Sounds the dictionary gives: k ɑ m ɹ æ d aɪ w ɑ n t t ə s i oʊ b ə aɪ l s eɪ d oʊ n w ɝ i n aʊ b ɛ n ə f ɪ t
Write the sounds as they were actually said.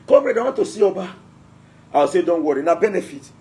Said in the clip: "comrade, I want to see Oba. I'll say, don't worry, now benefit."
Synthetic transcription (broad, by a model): k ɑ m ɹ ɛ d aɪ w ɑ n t t ə s i oʊ b ə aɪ w s eɪ d oʊ n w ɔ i n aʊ b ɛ n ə f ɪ t